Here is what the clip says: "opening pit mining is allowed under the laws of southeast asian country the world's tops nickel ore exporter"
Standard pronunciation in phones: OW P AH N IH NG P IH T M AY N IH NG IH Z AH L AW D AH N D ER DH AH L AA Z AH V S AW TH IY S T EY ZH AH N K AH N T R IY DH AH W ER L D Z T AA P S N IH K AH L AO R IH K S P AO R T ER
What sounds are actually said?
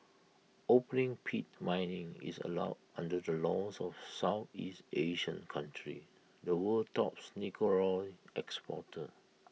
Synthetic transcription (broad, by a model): OW P AH N IH NG P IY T M AY N IH NG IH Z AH L AW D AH N D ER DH AH L AA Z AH F S AW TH IY S T EY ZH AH N K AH N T R IY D AH W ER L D T AA P S N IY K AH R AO L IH K S P AO T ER